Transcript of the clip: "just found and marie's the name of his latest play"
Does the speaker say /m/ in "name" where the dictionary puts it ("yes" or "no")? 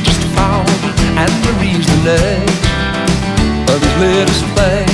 no